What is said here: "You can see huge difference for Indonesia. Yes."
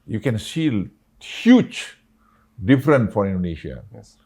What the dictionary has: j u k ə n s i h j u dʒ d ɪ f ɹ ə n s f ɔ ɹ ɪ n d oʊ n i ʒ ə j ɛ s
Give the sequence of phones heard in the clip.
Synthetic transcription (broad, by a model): j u k ə n s i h j u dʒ d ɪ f ɹ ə n f ɔ ɹ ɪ n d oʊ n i ʃ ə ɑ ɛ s